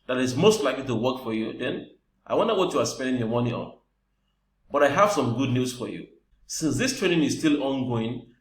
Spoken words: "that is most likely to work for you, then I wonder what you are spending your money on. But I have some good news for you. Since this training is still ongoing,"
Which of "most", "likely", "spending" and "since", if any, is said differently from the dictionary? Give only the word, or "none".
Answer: none